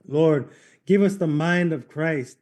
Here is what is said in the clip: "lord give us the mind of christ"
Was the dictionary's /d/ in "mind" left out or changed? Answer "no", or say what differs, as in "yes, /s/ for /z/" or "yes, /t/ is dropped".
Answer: no